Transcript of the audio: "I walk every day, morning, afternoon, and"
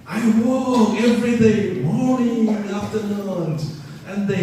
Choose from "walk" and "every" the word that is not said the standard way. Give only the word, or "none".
walk